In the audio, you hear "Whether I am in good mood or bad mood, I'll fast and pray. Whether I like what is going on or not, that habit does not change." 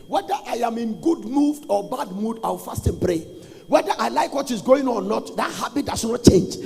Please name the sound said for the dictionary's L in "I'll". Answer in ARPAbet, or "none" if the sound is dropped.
W